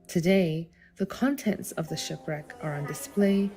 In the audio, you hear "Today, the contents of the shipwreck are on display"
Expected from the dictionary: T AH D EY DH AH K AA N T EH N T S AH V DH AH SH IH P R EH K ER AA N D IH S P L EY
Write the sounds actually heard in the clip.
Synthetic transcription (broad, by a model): T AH D EY DH AH K AA N T EH N T S AH V DH AH SH IH P R EH K ER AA N D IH S P L EY